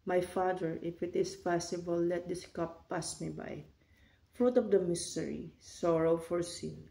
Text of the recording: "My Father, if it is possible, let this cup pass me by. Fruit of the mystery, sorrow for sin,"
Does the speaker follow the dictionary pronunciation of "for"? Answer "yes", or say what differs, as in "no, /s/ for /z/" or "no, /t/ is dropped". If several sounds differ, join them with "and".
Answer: yes